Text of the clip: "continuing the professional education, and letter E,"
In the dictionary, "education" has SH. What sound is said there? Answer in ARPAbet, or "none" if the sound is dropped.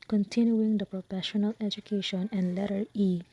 SH